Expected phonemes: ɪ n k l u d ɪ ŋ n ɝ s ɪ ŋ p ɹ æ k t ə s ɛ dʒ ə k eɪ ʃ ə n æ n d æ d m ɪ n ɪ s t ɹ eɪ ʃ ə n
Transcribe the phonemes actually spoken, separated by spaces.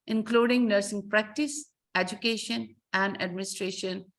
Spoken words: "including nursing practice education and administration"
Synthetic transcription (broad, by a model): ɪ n k l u d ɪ ŋ n ɝ s ɪ ŋ p ɹ æ k t ə s ɛ dʒ ə k eɪ ʃ ə n æ n d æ d m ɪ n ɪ s t ɹ eɪ ʃ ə n